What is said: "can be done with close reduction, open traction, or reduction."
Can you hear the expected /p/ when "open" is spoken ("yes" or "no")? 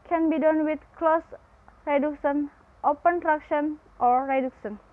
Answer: yes